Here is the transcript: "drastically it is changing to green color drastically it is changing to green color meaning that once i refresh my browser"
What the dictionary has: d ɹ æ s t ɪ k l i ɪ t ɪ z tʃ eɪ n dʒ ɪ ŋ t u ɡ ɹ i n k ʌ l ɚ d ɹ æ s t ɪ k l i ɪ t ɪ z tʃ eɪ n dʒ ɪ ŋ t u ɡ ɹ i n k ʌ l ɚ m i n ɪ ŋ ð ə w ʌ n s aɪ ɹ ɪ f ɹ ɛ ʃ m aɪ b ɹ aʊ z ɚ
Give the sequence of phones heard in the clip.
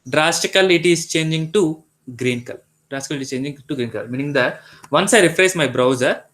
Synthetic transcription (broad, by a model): d ɹ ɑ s t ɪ k l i t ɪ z tʃ eɪ n dʒ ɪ ŋ t u ɡ ɹ i n k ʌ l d ɹ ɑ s t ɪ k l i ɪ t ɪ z tʃ eɪ n dʒ ɪ ŋ t u ɡ ɹ i n k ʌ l m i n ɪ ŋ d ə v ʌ n s aɪ ɹ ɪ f ɹ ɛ s m aɪ b ɹ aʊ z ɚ